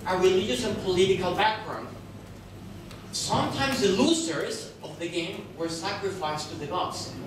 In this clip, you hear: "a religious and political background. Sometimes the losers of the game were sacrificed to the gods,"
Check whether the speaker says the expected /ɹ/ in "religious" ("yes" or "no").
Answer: no